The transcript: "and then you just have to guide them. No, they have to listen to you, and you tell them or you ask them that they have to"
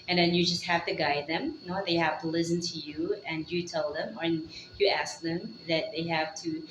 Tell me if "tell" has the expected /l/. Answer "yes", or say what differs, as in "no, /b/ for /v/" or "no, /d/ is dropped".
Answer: yes